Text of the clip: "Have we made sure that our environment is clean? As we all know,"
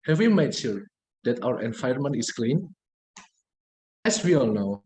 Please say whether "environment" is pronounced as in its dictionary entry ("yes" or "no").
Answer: no